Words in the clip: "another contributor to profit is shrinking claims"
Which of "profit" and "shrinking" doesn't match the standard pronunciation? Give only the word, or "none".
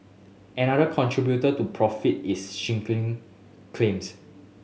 shrinking